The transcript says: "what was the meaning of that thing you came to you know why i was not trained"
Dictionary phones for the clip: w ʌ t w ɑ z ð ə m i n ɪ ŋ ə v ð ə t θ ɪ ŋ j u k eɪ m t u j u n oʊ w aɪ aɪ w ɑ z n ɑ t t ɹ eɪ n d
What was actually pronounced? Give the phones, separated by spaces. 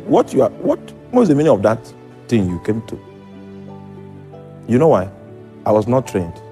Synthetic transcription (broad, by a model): w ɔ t w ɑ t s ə m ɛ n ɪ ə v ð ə t t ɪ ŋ j u k eɪ m t u j u n oʊ w aɪ aɪ w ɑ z n ɑ t t ɹ eɪ n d